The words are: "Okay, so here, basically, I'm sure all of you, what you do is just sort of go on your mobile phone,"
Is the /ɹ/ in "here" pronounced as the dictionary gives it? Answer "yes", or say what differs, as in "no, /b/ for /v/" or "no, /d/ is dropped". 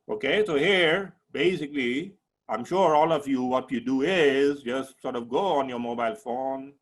yes